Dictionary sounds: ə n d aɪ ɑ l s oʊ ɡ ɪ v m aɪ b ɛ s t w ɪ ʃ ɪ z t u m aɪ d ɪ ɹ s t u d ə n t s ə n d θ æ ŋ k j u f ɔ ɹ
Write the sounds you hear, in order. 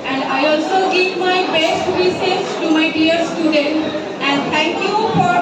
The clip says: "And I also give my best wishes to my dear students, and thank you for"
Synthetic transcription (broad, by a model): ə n d aɪ ɑ l s oʊ ɡ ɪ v m aɪ b ɛ s t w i s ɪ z t u m aɪ d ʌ ɹ s t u d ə n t ə n d t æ ŋ k j u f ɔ ɹ